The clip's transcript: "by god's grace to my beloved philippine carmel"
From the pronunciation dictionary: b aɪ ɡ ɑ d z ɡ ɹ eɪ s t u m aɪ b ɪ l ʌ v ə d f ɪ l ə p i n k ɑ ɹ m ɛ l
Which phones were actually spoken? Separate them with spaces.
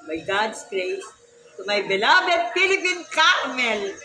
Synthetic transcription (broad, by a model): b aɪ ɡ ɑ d s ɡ ɹ eɪ s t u m aɪ b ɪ l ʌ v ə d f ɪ l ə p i n k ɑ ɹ m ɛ l